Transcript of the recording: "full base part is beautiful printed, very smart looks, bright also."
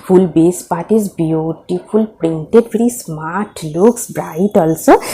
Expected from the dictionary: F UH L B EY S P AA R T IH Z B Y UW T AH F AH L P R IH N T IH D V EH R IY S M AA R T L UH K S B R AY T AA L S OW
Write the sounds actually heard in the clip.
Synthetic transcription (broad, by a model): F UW L B EY S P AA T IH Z B Y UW T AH P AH L P R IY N T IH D P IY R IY S M AA R T L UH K S B R AY T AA L S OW